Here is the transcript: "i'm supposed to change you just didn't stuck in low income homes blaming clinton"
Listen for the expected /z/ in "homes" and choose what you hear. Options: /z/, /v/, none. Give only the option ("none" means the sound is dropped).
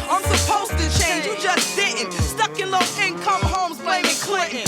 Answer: /z/